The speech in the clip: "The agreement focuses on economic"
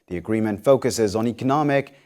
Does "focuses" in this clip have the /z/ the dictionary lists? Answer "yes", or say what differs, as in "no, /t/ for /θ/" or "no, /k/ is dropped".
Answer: yes